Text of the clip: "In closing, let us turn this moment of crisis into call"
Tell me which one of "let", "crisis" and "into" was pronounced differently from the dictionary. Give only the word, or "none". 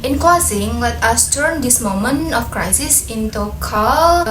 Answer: let